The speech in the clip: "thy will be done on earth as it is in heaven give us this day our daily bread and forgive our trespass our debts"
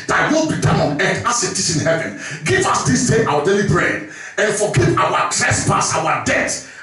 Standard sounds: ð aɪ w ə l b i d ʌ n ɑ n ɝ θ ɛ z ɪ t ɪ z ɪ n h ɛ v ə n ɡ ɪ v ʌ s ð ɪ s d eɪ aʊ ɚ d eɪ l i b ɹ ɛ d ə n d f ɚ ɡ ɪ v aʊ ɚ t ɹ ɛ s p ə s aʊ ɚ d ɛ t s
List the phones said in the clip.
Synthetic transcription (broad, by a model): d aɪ w ə l b i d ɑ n ɑ n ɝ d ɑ s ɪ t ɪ s ɪ n h ɛ v ə n ɡ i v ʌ s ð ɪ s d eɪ aʊ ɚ d eɪ l i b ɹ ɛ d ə n f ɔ ɡ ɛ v aʊ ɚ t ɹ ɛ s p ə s aʊ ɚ d ɛ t